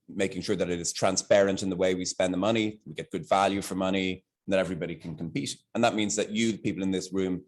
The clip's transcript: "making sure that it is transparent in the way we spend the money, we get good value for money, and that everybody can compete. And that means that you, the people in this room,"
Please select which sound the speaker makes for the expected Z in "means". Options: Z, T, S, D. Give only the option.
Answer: Z